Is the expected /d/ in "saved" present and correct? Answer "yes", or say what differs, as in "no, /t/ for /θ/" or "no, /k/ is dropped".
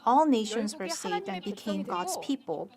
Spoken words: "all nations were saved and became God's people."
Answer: yes